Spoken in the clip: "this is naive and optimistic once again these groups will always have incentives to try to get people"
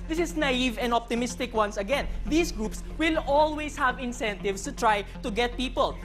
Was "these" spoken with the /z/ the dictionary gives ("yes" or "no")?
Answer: no